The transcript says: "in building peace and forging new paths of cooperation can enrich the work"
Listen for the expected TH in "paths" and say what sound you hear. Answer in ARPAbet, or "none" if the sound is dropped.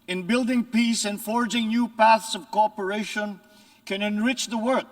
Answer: TH